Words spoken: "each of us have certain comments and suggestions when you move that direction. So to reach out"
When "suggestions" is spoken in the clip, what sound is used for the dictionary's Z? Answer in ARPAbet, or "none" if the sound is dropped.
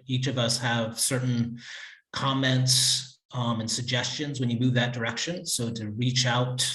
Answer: Z